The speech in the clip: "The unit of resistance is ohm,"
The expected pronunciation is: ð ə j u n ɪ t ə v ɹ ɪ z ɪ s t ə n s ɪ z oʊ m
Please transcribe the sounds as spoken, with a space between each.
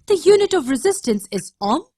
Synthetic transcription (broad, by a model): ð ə j u n ɪ t ə v ɹ ɪ z ɪ s t ə n s ɪ z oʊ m